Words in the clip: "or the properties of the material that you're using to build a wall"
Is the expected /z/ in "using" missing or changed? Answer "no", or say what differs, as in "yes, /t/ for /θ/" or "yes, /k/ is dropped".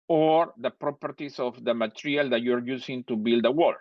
yes, /s/ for /z/